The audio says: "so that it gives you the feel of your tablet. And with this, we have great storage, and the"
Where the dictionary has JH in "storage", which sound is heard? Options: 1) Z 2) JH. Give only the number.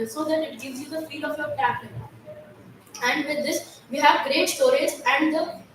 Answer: 1